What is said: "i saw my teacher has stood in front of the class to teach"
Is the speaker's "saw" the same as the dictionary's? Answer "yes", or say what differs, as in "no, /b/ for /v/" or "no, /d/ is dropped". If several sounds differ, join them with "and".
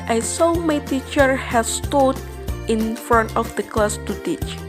yes